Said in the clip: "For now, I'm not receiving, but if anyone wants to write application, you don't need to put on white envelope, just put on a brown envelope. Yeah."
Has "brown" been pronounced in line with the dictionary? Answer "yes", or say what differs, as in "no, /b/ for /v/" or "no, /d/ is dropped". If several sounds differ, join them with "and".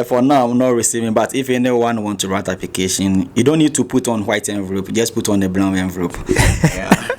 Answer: no, /l/ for /ɹ/